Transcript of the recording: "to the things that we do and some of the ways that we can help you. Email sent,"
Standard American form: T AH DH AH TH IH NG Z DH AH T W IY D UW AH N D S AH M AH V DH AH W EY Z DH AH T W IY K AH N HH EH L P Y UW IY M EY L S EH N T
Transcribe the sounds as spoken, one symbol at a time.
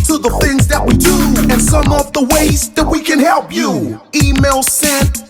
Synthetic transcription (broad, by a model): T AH DH AH TH IH NG Z DH AH T W IY D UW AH N S AH M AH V DH AH W EY Z DH AH T W IY K AH N HH EH L P Y UW IY M EY L S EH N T